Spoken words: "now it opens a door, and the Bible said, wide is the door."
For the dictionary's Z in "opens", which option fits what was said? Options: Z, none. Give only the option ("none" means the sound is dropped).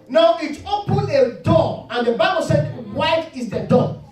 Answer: none